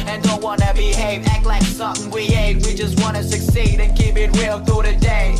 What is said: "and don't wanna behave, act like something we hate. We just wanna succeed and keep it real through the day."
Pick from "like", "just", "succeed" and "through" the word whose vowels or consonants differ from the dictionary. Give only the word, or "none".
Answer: through